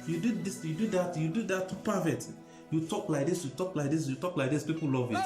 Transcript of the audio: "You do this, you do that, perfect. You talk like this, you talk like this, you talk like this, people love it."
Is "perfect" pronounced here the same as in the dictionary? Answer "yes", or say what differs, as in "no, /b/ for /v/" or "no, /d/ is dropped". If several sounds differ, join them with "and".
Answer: no, /k/ is dropped